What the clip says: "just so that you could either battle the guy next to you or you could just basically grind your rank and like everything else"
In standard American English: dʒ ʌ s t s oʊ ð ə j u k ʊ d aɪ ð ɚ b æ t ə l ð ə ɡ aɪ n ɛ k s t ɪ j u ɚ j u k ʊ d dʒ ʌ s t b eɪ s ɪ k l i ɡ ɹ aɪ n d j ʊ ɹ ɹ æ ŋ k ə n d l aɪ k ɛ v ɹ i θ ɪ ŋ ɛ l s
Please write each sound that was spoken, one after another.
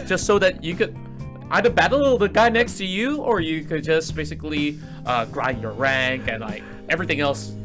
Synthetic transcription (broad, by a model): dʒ ʌ s t s oʊ ð ə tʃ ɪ k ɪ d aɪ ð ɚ b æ t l ð ə ɡ aɪ n ɛ k s t ɪ j u ɚ j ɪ k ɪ d dʒ ʌ s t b eɪ s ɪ k l i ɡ ɹ aɪ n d j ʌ ɹ ɹ æ ŋ k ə n l aɪ k ɛ v ɹ i θ ɪ ŋ ɛ l s